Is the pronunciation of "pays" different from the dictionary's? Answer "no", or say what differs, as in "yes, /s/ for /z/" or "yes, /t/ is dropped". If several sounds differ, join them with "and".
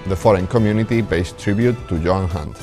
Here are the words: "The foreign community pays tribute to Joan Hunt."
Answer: yes, /b/ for /p/ and /s/ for /z/